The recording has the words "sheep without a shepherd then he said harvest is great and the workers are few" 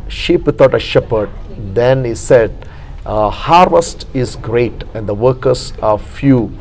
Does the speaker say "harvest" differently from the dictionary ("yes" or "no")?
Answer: no